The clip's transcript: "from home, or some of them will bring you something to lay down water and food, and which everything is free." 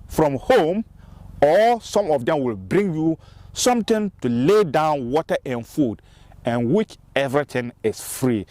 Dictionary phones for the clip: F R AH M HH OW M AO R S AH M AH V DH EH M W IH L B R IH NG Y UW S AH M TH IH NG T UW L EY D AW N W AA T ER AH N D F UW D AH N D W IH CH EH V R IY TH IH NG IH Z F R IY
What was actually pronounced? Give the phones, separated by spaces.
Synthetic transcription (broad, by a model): F R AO M HH OW M AO L S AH M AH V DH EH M W IH L B R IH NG Y UW S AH M T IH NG T UW L EY D AW N W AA T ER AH N F UW D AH N W IH CH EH V R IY T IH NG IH S F R IY